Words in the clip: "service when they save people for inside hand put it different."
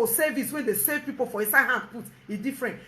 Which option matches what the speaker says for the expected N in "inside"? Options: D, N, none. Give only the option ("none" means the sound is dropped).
none